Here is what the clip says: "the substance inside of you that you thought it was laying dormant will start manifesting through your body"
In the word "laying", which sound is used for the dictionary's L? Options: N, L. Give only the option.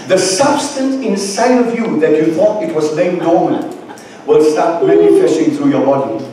N